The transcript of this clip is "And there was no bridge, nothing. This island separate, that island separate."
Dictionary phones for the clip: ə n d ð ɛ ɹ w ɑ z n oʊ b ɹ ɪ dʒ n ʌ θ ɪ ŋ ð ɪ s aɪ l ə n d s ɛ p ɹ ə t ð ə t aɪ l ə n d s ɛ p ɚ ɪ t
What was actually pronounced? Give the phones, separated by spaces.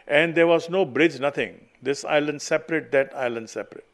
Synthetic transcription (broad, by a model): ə n d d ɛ ɹ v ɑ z n oʊ b ɹ ɪ dʒ n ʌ t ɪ ŋ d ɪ s aɪ l ə n d s ɛ p ɹ ə t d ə t aɪ l ə n d s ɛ p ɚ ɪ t